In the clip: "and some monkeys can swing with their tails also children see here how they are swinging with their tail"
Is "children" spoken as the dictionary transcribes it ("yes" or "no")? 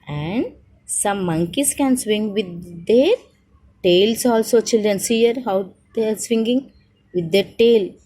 yes